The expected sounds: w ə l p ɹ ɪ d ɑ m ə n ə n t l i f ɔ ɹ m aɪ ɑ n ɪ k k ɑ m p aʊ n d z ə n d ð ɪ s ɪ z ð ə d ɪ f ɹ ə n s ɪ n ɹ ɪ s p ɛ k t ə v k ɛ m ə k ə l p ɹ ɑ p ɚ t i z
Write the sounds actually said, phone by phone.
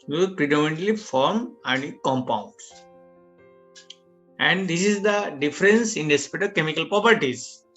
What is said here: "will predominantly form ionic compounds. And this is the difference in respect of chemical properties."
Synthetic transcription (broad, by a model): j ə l p ɹ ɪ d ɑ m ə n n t l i f ɔ ɹ m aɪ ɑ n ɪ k k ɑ m p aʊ n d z ə n d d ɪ s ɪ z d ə d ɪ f ɹ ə n s ɪ n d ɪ s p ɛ t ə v k ɛ m ə k ə l p ɹ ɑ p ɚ t i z